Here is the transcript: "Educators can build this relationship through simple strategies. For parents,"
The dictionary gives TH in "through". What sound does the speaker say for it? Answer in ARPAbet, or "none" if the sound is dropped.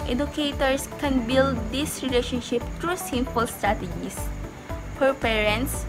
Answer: T